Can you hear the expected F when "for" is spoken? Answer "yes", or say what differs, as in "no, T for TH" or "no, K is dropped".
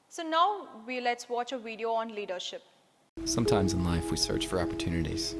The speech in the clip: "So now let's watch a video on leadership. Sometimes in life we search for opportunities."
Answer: yes